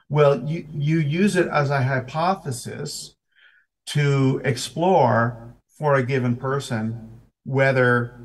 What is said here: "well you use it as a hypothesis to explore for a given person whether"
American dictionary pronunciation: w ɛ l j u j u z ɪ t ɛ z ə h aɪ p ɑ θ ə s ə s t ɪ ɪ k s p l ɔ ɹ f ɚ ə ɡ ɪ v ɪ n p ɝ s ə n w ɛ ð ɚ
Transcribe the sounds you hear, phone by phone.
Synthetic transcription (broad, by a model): w ɛ l j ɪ j u z ɪ t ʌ z ə h aɪ p ɑ θ ə s ə s t ɪ ɪ k s p l ɔ ɹ f ɚ ə ɡ ɪ v ɪ n p ɝ s ə n w ɛ ð ɚ